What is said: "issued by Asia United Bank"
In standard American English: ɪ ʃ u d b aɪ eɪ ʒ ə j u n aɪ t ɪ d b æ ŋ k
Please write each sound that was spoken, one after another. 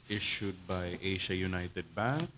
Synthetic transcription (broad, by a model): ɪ ʃ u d b aɪ eɪ ʃ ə j u n aɪ t ɪ d b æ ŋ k